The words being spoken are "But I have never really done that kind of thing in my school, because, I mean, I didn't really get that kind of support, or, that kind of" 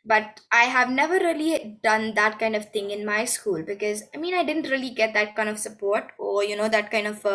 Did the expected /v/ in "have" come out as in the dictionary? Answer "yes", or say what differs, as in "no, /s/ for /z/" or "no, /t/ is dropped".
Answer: yes